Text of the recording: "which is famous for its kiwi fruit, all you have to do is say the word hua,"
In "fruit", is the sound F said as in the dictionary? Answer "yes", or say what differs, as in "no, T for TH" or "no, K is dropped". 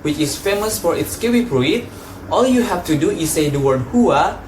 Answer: no, P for F